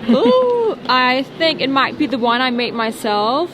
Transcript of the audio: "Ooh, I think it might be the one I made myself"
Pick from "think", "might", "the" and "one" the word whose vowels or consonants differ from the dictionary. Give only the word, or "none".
none